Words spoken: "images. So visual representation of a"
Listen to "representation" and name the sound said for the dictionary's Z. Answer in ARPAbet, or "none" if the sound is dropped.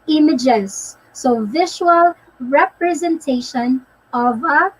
Z